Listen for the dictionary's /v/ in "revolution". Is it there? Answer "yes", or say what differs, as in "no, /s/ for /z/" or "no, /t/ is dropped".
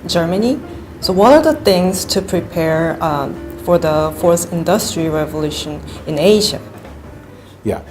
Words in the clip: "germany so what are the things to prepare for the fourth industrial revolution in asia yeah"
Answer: yes